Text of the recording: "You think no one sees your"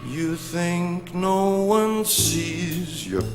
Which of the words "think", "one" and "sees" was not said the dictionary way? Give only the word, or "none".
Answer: none